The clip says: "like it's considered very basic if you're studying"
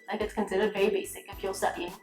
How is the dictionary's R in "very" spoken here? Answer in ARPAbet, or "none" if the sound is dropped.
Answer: none